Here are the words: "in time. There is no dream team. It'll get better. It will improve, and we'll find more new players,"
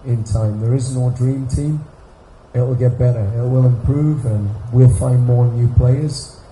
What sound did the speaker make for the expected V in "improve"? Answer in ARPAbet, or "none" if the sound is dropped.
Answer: V